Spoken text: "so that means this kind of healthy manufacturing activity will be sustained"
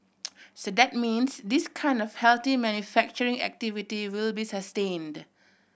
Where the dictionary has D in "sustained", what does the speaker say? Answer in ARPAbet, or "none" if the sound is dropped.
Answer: D